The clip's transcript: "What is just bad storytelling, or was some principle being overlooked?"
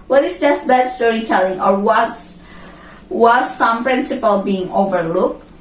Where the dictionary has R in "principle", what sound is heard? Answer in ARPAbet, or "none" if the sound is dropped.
R